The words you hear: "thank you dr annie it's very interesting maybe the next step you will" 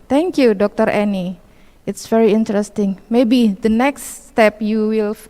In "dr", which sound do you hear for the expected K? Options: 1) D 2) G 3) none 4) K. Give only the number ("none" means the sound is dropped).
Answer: 4